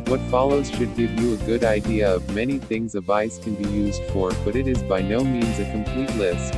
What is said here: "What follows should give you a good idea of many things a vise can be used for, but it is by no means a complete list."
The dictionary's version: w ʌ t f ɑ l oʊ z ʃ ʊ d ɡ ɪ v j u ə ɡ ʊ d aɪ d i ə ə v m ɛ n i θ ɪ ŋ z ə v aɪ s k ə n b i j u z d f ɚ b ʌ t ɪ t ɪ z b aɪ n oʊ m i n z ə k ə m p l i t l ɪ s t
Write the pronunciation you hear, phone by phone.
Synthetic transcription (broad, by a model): w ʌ t f ɑ l oʊ z ʃ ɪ d ɡ ɪ v j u ə ɡ ʊ d aɪ d i ə ə v m ɛ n i θ ɪ ŋ z ə v aɪ s k ə n b i j u z d f ɚ b ʌ t ɪ t ɪ z b aɪ n oʊ m i n z ə k ə m p l i t l ɪ s t